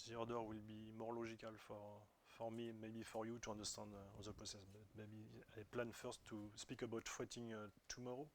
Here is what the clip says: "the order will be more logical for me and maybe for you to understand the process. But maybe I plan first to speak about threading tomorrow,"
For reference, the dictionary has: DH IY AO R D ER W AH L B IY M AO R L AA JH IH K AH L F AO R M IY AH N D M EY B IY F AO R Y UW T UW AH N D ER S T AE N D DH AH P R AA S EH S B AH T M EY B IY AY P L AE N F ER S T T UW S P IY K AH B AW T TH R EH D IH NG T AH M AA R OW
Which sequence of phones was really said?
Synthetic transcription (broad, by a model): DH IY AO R D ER W AH L B IY M AO R L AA ZH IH K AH L F AO R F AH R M M EY B IY F AO R Y UW T UW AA N D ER S T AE N D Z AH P AA S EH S B AH T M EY B IY AY P L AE N F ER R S T UW S P IY K AH B AW T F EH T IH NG T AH M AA R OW